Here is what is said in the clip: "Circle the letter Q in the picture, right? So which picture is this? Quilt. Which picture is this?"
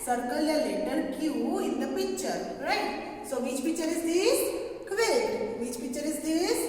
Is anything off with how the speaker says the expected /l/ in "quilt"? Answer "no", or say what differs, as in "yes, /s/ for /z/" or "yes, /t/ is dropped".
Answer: yes, /l/ is dropped